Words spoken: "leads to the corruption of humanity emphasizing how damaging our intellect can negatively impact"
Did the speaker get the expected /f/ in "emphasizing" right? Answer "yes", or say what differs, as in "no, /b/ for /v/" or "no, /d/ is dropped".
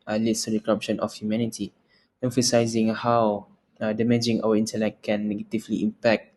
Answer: yes